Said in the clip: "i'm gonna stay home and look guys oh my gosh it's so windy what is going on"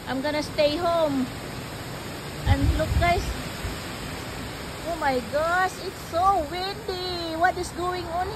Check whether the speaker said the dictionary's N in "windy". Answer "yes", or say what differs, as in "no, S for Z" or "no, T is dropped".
no, N is dropped